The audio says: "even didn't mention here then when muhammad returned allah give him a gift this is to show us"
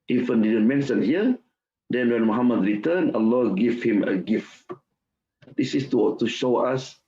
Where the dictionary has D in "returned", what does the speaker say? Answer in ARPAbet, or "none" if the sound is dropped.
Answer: none